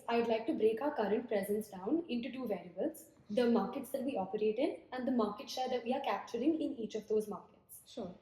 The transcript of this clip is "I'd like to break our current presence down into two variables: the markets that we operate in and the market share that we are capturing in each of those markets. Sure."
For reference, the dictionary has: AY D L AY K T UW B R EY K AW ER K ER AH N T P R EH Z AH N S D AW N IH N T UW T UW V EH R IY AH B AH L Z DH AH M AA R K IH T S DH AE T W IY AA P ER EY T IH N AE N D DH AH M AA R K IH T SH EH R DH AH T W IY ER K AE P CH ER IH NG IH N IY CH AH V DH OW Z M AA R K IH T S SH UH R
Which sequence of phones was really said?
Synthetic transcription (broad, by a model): AY D L AY K T UW B R EY K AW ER K ER AH N T P R EH Z AH N S D AW N IH N T UW T UW V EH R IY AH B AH L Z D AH M AA R K IH T S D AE T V IY AA P ER EY T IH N AE N D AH M AA R K IH T S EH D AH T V IY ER K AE P CH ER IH NG IH N IY CH AH V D OW Z M AA R K IH T S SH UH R